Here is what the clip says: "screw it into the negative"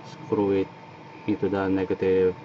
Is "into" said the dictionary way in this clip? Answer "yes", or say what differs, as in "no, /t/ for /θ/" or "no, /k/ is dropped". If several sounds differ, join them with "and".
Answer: no, /n/ is dropped